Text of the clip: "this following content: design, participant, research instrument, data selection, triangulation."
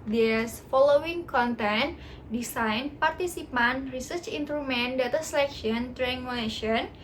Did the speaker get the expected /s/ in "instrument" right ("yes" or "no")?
no